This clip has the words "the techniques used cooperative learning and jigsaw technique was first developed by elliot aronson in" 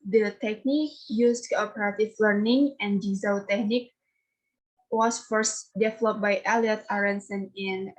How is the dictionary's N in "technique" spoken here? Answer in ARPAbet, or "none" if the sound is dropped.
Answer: N